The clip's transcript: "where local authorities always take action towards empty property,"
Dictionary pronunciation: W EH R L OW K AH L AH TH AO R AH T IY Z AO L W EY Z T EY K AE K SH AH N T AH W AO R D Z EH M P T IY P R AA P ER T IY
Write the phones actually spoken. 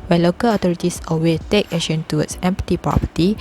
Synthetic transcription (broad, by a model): W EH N L OW K AH L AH T AO R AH T IY S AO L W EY T EY K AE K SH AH N T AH W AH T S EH M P T IY P R AA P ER T IY